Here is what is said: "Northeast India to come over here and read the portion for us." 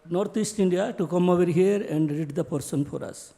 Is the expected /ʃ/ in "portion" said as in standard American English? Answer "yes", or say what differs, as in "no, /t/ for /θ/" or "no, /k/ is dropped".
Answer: no, /s/ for /ʃ/